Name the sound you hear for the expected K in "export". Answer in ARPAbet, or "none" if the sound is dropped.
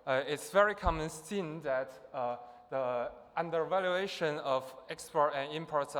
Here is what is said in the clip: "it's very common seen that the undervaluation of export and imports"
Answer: K